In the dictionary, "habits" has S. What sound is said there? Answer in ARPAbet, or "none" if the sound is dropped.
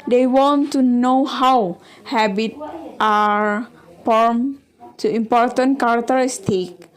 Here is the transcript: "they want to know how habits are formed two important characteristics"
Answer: none